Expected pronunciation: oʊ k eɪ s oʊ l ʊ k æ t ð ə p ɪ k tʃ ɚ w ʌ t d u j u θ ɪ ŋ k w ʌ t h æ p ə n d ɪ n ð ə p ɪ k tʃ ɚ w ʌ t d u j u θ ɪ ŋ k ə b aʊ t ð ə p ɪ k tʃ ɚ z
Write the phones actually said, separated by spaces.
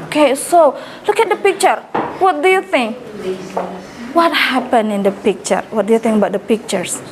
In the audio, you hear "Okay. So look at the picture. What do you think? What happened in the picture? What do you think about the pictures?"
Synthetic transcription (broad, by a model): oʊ k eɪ s oʊ l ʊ k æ t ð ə p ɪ k tʃ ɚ w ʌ t d u j u θ ɪ ŋ k w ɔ t h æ p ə n ɪ n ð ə p ɪ k tʃ ɚ w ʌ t d u j u θ ɪ ŋ k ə b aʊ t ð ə p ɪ k tʃ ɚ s